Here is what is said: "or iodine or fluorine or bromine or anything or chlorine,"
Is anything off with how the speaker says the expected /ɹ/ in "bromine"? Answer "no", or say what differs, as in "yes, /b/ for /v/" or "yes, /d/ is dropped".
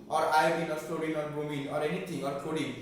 yes, /ɹ/ is dropped